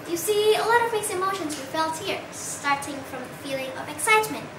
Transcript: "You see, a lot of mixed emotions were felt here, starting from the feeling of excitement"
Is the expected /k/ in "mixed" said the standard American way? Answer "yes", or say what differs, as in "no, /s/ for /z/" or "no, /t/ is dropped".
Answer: no, /k/ is dropped